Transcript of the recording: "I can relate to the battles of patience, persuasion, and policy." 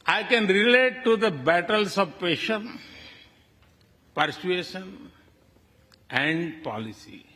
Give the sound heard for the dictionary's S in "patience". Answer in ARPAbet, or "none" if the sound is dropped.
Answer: none